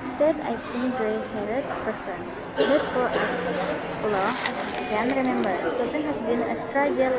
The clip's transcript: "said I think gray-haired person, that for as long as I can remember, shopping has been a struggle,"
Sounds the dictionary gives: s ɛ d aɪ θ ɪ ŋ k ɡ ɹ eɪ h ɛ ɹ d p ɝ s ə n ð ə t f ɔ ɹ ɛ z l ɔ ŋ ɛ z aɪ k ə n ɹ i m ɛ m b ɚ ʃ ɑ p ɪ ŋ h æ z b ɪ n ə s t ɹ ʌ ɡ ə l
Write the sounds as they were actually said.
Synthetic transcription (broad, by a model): s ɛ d aɪ t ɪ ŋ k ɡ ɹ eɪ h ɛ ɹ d p ɝ s ə n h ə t f ɔ ɹ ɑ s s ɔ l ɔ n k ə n ɹ i m ɛ m b ɚ s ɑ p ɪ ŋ h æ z b ɪ n ə s t ɹ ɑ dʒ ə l